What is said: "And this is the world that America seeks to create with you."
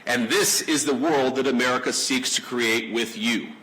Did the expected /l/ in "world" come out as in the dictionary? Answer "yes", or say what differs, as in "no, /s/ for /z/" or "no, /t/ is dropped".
yes